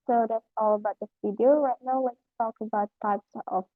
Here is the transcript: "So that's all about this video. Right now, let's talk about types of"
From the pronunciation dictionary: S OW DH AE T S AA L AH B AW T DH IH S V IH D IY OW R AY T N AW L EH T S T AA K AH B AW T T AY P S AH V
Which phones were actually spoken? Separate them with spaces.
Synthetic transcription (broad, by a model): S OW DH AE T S AA L AH B AW T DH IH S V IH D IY OW R AY T N AW W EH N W T AA K AH B AW T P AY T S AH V